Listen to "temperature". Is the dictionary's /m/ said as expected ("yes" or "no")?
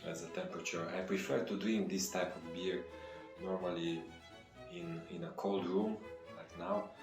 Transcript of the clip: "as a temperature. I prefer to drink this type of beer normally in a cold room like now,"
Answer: yes